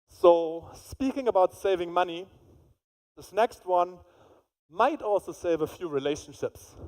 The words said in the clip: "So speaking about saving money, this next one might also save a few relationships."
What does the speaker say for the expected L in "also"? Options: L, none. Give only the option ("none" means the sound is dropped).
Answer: L